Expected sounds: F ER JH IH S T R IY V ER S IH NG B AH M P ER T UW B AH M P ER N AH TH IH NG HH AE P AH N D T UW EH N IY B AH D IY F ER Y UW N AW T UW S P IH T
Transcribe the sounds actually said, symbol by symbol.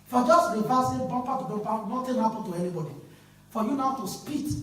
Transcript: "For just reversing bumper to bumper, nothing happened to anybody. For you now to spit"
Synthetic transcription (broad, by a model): F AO JH IH S T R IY P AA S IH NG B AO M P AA T UW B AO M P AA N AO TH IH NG HH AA P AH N T UW EH N IY B AH D IY F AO Y UW N AW T UW S P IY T